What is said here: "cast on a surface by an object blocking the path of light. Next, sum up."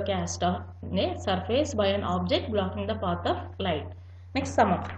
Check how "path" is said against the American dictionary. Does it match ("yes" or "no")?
no